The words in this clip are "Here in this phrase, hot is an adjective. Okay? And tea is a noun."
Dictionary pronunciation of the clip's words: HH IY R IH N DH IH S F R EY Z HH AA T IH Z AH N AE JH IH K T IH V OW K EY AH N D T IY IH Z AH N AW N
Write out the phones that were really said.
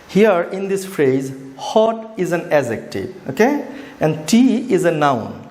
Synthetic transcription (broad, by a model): HH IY R IH N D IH S F R EY Z HH AA T IH Z AH N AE Z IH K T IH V OW K EY AH N D T IY IH Z AH N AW N